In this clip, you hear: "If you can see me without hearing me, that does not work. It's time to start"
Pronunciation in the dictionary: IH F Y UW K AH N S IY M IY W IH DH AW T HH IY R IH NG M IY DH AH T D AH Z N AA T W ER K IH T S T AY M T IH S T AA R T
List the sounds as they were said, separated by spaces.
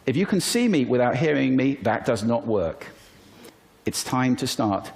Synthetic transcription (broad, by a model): IH F Y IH K AH N S IY M IY W IH DH AW T HH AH R IH NG M IY DH AH T D AH Z N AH T W ER K IH T S T AY M T IH S T AA R T